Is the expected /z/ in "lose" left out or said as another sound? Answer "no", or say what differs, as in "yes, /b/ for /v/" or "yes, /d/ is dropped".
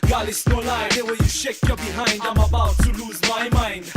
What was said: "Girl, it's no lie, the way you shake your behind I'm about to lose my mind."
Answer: no